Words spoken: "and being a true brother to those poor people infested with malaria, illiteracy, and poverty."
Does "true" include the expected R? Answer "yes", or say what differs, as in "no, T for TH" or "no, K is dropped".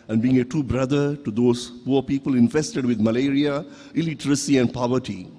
no, R is dropped